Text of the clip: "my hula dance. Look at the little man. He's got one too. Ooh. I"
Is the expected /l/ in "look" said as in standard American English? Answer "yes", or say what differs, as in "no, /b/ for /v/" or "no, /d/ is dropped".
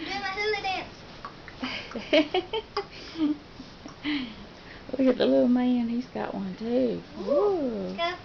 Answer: no, /w/ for /l/